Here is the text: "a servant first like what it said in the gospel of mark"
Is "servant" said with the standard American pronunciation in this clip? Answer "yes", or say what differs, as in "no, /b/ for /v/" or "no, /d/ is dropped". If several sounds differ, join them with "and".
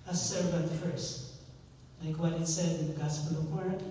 no, /b/ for /v/